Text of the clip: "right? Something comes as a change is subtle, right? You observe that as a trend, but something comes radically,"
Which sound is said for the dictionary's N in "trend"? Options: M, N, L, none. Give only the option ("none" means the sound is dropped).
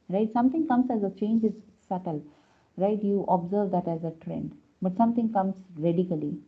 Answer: N